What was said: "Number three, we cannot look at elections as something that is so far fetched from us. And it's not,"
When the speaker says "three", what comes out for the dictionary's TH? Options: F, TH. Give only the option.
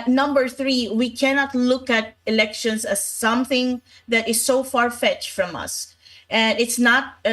TH